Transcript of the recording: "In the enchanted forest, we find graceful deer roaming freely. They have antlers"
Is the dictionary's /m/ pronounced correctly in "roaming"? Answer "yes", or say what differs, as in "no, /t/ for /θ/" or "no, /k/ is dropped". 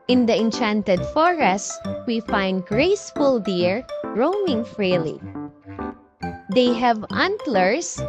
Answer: yes